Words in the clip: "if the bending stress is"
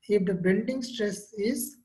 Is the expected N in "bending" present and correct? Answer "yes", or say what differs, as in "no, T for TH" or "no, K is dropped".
no, L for N